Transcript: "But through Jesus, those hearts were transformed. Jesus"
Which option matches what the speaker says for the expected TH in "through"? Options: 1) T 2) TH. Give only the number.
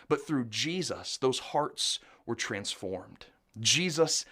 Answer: 2